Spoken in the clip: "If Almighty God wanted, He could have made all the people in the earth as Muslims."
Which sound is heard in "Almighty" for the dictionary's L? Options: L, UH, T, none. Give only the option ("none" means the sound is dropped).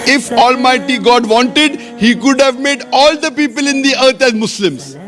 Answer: L